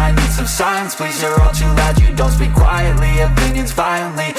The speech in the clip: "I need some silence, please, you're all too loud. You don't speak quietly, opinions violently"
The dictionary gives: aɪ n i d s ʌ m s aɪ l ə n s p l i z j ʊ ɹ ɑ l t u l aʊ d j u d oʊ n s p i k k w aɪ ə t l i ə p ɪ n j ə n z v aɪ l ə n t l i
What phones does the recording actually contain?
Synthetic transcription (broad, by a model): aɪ n i d s ʌ m s aɪ ə n s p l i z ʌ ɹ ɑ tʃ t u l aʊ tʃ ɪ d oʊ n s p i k k w aɪ ə t l i ə p ɪ n j ə n z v aɪ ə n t l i